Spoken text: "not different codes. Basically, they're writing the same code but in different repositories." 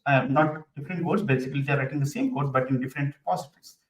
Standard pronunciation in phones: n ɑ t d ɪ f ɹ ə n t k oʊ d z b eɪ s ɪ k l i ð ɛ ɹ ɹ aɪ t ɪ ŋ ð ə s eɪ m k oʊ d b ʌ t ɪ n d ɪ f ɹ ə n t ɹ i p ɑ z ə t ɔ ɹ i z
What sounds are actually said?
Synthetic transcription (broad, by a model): n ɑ t d ɪ f ɹ ə n t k oʊ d s b eɪ s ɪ k l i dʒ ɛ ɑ ɹ aɪ t ɪ ŋ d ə s eɪ m k oʊ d b ʌ t ɪ n d ɪ f ɹ ə n t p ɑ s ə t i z